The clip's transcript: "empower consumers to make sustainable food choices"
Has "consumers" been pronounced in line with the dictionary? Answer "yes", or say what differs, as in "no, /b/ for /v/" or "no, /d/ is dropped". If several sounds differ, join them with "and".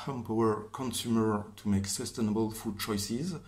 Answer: no, /z/ is dropped